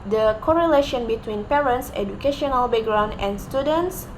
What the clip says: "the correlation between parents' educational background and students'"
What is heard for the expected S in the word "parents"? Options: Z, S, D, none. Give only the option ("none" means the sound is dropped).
S